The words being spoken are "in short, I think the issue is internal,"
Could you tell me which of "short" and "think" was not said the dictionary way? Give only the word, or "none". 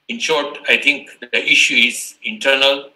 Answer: think